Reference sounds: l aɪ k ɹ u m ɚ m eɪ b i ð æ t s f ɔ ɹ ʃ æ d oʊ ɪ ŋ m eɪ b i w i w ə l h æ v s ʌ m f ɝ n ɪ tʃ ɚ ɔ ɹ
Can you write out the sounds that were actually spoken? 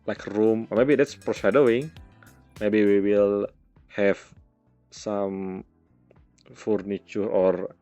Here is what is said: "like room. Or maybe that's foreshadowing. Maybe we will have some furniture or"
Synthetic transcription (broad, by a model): l aɪ k ɹ u m m eɪ b i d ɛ t s p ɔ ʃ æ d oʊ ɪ ŋ m eɪ b i w i w ə l h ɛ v s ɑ m f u n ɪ tʃ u ɔ ɹ